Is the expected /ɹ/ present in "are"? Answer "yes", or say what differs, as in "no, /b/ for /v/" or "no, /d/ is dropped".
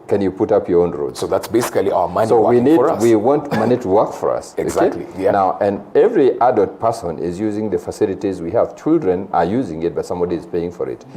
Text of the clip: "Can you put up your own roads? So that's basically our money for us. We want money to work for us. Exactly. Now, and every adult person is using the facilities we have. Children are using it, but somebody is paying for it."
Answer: yes